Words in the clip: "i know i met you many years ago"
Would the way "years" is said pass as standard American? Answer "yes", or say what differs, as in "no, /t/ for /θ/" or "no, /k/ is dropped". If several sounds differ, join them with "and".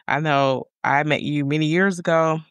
yes